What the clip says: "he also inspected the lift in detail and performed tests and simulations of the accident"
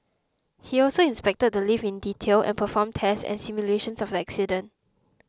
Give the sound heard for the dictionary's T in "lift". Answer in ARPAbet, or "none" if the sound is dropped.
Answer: none